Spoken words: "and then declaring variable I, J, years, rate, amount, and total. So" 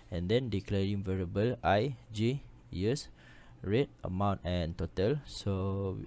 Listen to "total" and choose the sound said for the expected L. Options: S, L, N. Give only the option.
L